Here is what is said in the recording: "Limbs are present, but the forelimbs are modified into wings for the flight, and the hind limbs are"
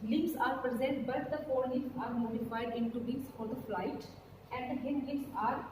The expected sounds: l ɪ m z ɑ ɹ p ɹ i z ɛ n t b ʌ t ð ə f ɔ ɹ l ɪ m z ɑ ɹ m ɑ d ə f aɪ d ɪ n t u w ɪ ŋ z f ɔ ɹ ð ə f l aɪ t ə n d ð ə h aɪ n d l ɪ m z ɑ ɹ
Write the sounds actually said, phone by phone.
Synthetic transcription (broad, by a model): l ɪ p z ɑ ɹ p ɹ i z ɛ n t b ʌ t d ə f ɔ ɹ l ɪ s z ɑ ɹ m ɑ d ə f aɪ d ɪ n t u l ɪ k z f ɔ ɹ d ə f l aɪ t ə n d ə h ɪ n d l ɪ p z ɑ ɹ